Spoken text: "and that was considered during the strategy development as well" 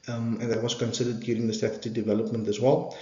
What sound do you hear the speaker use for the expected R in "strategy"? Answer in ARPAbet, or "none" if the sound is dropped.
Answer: none